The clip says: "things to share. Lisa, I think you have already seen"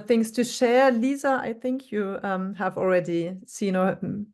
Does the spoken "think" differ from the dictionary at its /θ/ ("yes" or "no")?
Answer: no